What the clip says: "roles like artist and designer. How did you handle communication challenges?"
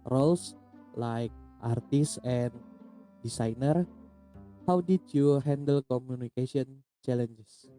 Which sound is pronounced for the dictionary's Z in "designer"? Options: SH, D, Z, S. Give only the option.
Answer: S